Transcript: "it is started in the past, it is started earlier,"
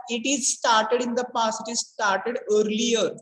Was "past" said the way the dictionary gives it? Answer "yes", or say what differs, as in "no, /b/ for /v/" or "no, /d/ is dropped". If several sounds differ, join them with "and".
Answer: no, /t/ is dropped